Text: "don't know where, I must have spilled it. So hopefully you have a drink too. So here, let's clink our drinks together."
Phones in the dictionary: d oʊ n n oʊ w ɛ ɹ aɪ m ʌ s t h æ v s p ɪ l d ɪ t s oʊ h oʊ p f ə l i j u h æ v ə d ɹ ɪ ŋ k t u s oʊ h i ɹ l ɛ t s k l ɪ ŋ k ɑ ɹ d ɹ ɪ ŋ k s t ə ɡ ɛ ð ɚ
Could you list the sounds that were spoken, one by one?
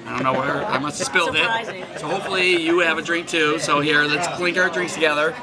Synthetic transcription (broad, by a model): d oʊ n n oʊ w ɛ ɹ aɪ m ʌ s t s p ɪ l d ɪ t s oʊ h oʊ p f l i j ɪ v ə d ɹ ɪ ŋ k t u s oʊ h i ɹ l ɛ t s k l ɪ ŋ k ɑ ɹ d ɹ ɪ ŋ k s t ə ɡ ɛ ð ɚ